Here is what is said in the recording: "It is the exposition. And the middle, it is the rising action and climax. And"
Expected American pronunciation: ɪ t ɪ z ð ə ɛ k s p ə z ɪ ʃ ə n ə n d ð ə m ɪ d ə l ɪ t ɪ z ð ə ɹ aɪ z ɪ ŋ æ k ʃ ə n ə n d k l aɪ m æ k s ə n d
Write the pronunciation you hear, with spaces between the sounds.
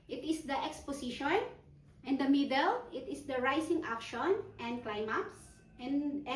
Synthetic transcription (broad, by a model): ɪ t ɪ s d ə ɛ k s p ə s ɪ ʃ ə n ə n d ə m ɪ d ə l ɪ t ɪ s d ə ɹ aɪ s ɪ ŋ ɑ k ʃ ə n ə n d k l aɪ m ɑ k s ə n